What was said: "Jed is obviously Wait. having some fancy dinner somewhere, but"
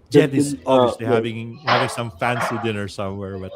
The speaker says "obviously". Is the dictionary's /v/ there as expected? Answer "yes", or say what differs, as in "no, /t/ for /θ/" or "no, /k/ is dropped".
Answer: no, /v/ is dropped